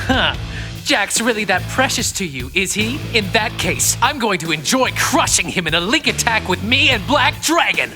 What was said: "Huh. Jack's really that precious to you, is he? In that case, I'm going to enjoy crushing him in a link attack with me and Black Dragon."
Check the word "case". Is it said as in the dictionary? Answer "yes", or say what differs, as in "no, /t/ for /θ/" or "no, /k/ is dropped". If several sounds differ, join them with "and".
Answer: yes